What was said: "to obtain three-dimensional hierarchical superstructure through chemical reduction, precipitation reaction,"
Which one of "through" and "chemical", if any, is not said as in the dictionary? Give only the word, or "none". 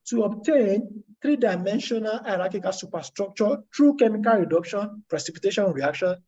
through